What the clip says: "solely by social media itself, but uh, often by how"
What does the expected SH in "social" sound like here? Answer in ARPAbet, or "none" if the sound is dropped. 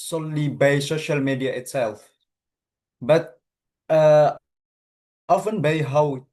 SH